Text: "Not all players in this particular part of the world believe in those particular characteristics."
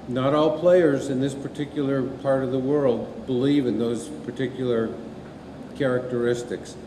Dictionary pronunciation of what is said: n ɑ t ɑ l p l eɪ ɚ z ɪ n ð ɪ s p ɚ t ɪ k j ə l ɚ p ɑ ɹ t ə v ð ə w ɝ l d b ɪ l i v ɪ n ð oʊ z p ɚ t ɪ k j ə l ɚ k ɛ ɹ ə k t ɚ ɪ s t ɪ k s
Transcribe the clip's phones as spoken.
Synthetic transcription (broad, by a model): n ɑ t ɑ l p l eɪ ɚ z ɪ n ð ɪ s p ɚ t ɪ k j l ɚ p ɑ ɹ t ə v ð ə w ɝ l d b ɪ l i v ɪ n ð oʊ z p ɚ t ɪ k j l ɚ k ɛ ɹ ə k t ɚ ɪ s t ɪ k s